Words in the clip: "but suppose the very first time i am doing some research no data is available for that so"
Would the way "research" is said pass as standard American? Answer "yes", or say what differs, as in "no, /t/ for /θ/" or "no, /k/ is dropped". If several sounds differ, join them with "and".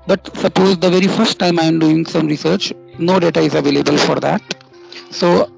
yes